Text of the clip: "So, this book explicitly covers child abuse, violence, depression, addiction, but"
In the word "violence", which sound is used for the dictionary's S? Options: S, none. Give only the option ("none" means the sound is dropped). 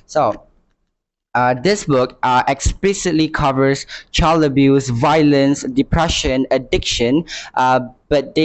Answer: S